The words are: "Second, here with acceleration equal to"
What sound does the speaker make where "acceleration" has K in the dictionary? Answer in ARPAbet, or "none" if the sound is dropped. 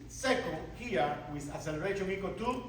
none